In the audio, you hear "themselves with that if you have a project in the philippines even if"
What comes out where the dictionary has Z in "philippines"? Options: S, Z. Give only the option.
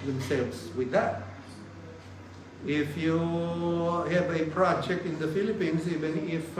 S